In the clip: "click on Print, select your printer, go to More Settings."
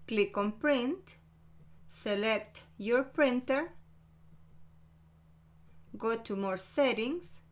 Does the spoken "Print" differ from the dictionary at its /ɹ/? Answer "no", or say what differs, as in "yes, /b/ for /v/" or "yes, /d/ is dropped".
no